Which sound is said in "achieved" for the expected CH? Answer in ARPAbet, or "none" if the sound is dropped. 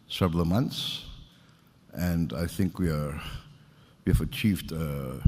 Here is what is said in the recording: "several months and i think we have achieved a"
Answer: CH